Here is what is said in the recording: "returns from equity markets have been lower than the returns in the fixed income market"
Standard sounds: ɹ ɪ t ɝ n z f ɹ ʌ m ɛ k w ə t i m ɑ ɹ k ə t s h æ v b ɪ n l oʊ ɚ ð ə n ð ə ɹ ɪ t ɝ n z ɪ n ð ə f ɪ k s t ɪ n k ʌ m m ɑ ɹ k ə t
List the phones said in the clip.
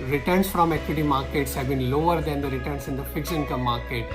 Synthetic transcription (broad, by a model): ɹ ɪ t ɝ n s f ɹ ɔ m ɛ k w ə t i m ɑ ɹ k ə t s h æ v b ɪ n l oʊ ɚ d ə n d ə ɹ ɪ t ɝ n s ɪ n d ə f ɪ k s ɪ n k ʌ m m ɑ ɹ k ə t